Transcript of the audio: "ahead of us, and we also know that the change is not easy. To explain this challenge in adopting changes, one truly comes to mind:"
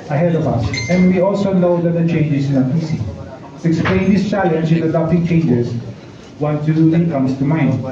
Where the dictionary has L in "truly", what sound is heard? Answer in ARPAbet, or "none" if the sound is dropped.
none